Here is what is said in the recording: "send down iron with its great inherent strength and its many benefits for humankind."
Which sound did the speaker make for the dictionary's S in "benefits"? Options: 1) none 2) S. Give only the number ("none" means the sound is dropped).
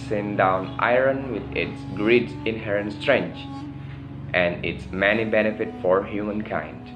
1